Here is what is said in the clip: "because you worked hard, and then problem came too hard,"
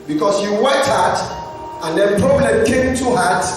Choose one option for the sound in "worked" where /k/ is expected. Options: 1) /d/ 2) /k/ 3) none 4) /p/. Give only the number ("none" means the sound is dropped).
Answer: 3